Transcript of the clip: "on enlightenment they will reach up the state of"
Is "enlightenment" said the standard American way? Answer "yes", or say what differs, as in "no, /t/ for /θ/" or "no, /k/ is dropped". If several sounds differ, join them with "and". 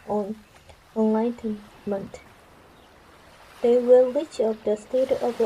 no, /l/ is dropped